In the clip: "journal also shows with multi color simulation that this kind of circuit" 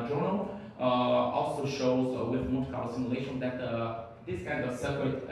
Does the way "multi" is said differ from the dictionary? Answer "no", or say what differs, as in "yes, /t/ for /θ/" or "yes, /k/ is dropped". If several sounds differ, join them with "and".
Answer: yes, /l/ is dropped